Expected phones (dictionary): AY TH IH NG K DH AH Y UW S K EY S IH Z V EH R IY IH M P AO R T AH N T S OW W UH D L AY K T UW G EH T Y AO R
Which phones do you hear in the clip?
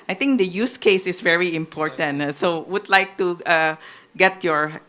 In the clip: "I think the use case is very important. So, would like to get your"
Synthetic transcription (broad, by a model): AY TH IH NG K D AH Y UW S K EY S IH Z V EH R IY IH M P AO R T AH N T S OW W UH D L AY K T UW G EH T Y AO R